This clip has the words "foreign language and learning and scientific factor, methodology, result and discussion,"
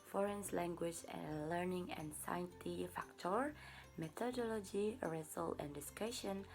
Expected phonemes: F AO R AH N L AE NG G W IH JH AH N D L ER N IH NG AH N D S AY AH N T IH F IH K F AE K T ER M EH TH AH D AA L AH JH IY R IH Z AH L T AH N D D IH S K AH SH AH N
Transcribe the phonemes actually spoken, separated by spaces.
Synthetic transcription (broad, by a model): F AO R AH N L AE NG G W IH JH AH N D L ER N IH NG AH N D S AY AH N T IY F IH K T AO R M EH T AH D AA L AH JH IY R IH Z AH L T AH N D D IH S K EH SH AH N